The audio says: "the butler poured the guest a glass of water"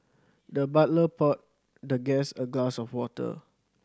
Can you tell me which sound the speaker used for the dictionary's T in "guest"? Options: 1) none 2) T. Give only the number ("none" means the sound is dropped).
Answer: 1